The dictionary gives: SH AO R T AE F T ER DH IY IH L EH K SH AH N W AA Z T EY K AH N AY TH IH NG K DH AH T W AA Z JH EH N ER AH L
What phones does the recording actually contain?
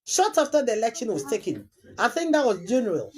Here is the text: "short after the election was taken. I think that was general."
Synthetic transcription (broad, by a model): SH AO T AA F T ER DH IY IH L EH K SH AH N W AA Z T EY K AH N AY TH IH NG K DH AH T W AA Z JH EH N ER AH L